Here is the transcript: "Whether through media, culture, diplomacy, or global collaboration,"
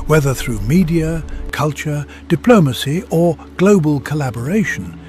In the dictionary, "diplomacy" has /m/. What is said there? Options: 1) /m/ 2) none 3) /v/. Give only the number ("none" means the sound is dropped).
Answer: 1